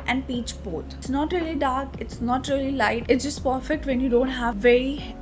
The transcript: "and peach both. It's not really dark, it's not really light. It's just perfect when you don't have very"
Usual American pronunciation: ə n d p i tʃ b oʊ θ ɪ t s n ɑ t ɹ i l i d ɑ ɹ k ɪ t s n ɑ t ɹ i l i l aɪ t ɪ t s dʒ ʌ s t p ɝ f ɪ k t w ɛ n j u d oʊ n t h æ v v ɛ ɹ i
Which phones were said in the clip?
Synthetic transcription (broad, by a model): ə n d p i tʃ b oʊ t s n ɑ t ɹ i l i d ɑ ɹ k ɪ t s n ɑ t ɹ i l i l aɪ t ɪ t s dʒ ʌ s t p ɝ f ɪ k t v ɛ n j u d oʊ n t h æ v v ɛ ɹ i